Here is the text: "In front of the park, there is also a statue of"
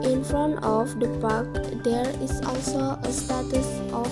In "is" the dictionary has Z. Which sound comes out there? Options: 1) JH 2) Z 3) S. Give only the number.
3